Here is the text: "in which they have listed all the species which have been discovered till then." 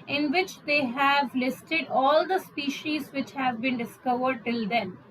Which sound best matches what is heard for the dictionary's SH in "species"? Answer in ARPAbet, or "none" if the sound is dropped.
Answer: SH